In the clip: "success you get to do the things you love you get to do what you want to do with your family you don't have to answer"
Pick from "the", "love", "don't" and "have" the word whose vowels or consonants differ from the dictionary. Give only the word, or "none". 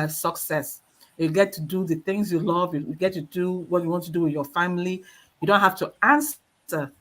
have